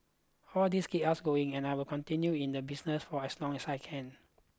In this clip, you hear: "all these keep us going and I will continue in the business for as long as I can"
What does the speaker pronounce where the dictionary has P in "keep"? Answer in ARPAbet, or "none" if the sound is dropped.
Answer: none